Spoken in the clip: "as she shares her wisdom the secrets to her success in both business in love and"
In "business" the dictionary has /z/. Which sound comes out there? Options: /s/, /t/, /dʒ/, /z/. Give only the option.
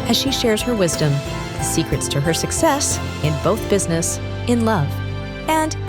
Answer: /z/